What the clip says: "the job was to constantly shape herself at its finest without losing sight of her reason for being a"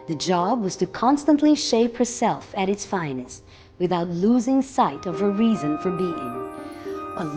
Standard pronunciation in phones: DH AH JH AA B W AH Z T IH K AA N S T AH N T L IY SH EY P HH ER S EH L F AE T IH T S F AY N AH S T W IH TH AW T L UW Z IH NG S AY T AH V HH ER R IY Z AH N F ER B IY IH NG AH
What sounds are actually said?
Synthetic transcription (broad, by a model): DH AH JH AA B W AH Z T IH K AA N S T AH N T L IY SH EY P HH ER S EH L F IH T IH T S F AY N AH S W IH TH AW T L UW Z IH NG S AY T AH V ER R IY Z AH N F ER B IY IH NG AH